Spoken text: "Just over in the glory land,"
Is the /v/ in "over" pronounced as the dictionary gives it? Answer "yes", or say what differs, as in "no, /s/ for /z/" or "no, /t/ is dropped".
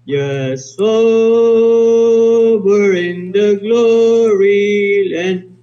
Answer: no, /b/ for /v/